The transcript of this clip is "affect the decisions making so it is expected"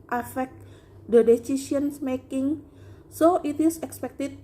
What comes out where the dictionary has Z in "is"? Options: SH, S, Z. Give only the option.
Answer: S